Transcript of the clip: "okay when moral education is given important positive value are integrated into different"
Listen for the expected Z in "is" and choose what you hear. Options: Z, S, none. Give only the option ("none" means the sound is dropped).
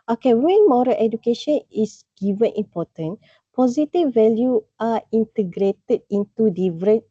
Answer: S